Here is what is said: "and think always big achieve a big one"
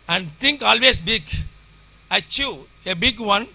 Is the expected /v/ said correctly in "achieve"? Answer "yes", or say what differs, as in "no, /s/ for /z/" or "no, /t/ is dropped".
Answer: no, /v/ is dropped